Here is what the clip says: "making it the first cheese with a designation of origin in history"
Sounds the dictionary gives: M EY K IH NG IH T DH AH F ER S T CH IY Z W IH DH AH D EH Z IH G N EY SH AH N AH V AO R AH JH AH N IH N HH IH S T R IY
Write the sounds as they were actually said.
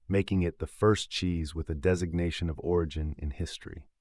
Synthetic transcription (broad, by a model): M EY K IH NG IH T DH AH F ER S CH IY Z W IH DH AH D EH Z IH G N EY SH AH N AH V AO R AH JH AH N IH N HH IH S T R IY